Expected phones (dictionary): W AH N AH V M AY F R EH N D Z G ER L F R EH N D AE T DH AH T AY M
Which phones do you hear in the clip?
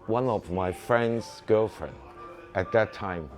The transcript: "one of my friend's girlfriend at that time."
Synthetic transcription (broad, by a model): W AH N AH V M AY F R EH N D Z G ER L F R EH N D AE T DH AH T AY M